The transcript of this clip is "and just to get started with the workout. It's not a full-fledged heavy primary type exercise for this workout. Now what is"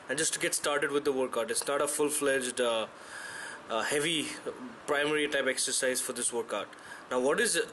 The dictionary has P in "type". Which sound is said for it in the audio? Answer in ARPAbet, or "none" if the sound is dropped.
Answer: P